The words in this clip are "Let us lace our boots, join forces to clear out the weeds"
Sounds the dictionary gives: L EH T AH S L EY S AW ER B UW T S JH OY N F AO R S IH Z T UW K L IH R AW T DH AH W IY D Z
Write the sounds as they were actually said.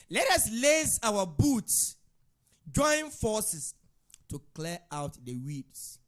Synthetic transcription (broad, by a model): L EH T AH S L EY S AW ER B UW T S JH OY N F AO S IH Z T UW K L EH AW T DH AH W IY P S